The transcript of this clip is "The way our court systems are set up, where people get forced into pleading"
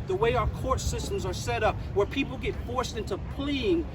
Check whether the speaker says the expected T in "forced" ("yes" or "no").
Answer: yes